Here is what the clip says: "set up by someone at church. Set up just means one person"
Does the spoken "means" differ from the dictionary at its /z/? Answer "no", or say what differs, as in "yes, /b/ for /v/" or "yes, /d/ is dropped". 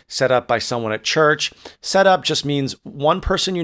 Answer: no